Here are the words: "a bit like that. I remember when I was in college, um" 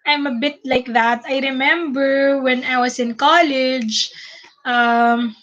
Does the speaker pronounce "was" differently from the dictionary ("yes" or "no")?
yes